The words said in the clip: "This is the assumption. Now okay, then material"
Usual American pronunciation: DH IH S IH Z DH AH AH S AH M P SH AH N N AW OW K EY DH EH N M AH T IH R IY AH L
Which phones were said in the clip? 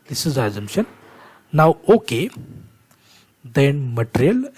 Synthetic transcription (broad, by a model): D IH S IH Z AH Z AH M SH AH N N AW OW K EY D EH N M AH T R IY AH L